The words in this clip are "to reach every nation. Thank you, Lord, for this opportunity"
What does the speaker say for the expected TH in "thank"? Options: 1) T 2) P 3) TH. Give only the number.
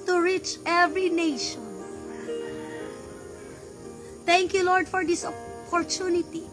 1